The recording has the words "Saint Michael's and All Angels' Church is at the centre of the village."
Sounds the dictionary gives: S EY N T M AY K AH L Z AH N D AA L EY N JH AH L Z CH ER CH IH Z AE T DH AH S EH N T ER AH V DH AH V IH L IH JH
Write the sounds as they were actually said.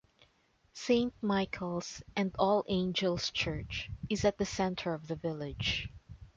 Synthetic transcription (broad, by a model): S EY N T M AY K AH L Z AH N D AA L EY N JH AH L S CH ER CH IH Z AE T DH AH S EH N T ER AH V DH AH V IH L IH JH